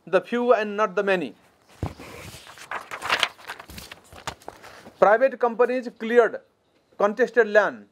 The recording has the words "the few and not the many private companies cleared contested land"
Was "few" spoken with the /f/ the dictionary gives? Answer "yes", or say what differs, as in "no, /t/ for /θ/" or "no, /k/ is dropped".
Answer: no, /p/ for /f/